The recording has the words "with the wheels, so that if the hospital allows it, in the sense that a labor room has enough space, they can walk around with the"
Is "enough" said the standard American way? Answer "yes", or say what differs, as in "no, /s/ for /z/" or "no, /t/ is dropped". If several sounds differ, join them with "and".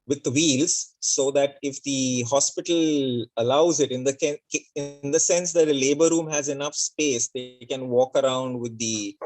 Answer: yes